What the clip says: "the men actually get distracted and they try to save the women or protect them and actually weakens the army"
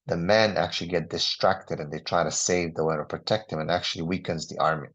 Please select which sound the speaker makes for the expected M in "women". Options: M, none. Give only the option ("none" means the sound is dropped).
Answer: none